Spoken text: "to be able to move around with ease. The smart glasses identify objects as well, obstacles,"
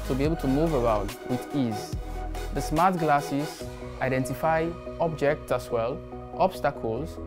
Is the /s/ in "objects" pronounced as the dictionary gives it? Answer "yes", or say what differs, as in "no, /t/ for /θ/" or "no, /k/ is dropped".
yes